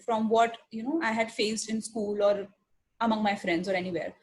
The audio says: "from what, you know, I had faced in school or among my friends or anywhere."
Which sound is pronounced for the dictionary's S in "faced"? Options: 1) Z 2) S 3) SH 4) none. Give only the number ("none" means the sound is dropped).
2